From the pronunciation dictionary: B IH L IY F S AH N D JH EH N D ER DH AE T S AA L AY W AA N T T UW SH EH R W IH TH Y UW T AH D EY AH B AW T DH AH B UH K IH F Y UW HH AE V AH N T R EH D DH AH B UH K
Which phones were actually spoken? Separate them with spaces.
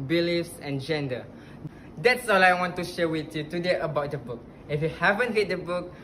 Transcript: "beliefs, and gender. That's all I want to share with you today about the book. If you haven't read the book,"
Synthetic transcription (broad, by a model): B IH L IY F S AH N JH EH N D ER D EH T S AA L AY W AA N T T UW SH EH W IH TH Y UW T AH D EY AH B AW T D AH B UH K IH F Y UW HH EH V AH N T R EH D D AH B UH K